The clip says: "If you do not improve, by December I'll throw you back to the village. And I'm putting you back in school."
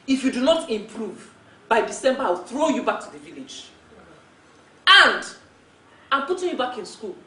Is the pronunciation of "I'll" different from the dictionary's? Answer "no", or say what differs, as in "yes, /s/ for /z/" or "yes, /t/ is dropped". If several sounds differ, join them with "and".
yes, /w/ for /l/